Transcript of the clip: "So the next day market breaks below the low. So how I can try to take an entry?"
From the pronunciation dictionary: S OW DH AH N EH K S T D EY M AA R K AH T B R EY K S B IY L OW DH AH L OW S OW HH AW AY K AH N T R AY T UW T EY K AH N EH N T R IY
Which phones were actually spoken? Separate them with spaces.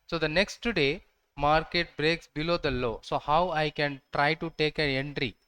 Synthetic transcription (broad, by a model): S OW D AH N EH K S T D EY M AA R K AH T B R EY K S B IY L OW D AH L OW S OW HH AW AY K AH N T R AY T UW T EY K AH N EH N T R IY